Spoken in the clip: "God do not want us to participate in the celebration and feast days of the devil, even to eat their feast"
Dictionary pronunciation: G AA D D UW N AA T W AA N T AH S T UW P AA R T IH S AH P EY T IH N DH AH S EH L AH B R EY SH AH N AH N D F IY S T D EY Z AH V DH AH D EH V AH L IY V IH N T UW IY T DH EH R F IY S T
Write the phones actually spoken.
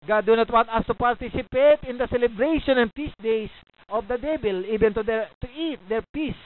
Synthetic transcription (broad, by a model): G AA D D UW N AA T W AA N T AH S T UW P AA R T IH S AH P EY T IH N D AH S EH L AH B R EY SH AH N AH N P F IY S D EY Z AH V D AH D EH B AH L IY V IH N T UW IY T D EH R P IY S